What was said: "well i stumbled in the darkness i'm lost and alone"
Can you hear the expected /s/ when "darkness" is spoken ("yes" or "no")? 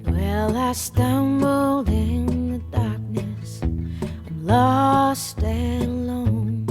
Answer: yes